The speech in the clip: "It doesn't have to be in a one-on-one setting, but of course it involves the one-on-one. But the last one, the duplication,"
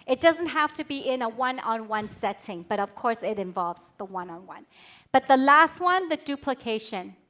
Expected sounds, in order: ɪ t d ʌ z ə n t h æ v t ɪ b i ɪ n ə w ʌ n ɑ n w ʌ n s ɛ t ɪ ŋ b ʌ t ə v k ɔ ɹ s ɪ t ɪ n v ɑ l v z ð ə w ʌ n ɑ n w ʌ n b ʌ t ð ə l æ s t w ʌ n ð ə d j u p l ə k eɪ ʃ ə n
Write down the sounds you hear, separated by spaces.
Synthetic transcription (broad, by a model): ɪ t d ʌ z ə n t h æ f t ɪ b i ɪ n ə w ʌ n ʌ n w ʌ n s ɛ t ɪ ŋ b ʌ t ə v k ɔ ɹ s ɪ t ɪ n v ɑ l v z ð ə w ʌ n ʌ n w ʌ n b ʌ t ð ə l æ s t w ʌ n ð ə d u p l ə k eɪ ʃ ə n